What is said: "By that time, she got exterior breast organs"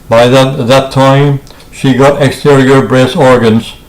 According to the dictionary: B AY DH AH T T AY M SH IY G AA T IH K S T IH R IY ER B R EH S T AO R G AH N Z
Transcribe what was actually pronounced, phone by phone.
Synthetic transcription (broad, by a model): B AY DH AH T T AY M SH IY G AA T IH K S T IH R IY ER B R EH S AO R G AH N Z